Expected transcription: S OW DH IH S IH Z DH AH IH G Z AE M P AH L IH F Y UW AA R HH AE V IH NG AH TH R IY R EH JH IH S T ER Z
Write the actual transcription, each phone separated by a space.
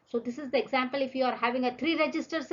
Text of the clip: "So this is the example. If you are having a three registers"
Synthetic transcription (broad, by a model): S OW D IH S IH Z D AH IH G Z AE M P AH L IH F Y UW AA R HH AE V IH NG AH T R IY R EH JH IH S T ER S